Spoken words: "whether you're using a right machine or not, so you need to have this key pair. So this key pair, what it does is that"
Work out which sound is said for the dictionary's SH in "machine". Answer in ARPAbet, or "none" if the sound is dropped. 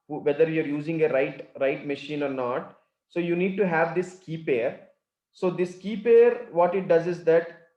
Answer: SH